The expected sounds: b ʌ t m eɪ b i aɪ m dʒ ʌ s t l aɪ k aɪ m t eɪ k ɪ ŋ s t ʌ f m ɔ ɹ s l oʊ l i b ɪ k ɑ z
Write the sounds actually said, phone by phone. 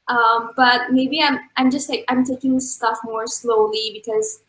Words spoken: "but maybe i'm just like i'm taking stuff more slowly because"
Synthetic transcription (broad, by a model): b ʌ t m eɪ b i aɪ m dʒ ʌ s t l aɪ k aɪ m t eɪ k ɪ ŋ s t ʌ f m ɔ ɹ s l oʊ l i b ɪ k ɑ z